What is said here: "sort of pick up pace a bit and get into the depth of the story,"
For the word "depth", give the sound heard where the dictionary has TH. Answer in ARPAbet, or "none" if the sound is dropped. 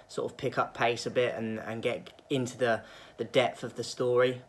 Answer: TH